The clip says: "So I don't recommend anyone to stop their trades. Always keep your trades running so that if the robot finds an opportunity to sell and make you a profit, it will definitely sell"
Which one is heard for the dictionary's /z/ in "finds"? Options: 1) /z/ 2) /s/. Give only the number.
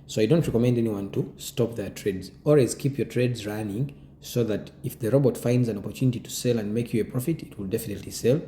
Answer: 1